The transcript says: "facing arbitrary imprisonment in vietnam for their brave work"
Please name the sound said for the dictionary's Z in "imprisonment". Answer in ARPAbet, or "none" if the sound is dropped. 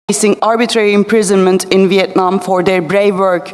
Z